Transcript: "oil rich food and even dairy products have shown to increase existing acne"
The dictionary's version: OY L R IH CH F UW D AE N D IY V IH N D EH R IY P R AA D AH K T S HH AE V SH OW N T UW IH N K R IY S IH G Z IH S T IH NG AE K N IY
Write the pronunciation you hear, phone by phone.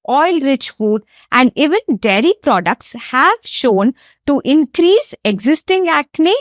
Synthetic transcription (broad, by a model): OY L R IH CH F UW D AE N D IY V IH N D EH R IY P R AA D AH K T S HH AE V SH OW N T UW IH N K R IY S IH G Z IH S T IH NG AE K N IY